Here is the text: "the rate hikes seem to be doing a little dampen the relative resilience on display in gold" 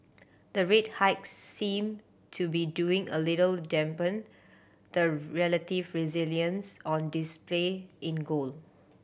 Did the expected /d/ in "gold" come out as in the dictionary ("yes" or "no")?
no